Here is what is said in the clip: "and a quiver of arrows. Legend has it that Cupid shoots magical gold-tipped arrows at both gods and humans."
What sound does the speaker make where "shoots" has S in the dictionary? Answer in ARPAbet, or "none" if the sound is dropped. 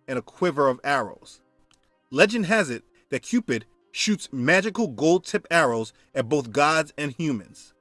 S